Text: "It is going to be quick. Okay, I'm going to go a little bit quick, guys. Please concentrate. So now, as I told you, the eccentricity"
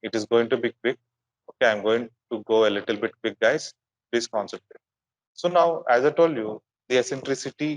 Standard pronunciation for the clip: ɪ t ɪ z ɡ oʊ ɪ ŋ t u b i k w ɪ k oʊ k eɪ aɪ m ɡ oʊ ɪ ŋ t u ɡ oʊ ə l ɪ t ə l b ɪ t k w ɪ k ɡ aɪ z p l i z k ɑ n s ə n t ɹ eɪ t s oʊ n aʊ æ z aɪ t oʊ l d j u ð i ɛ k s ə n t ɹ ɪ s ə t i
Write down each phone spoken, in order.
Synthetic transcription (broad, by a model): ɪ t ɪ z ɡ oʊ ɪ ŋ t u b i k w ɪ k oʊ k eɪ aɪ m ɡ oʊ ɪ ŋ t u ɡ oʊ ə l ɪ t ə l b ɪ t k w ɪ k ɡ aɪ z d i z k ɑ n s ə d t eɪ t s oʊ n aʊ æ z aɪ t oʊ l d j u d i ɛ s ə n t ɹ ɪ s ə t i